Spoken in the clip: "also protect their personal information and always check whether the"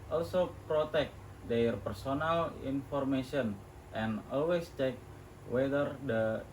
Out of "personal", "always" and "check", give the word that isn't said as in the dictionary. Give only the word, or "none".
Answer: always